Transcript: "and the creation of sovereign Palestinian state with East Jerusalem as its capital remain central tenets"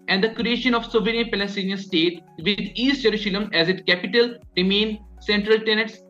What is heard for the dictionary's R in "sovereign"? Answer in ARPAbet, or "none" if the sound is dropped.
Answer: none